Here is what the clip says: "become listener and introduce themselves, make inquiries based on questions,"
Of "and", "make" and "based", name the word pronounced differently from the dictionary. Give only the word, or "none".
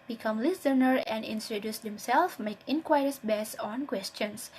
based